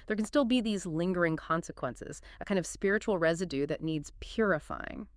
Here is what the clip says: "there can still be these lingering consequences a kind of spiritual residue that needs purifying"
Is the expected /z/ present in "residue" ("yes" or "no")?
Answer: yes